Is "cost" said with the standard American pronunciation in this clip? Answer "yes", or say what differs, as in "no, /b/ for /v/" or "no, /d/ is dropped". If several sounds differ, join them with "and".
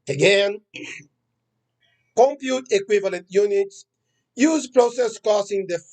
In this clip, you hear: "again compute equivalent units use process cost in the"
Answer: no, /t/ is dropped